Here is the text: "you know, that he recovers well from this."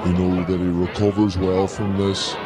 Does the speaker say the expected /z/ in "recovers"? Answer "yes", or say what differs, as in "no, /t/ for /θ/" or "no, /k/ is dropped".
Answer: yes